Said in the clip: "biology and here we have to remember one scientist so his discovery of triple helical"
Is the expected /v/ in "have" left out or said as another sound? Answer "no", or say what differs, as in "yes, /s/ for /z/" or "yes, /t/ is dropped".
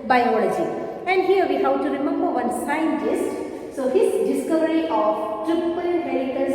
yes, /w/ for /v/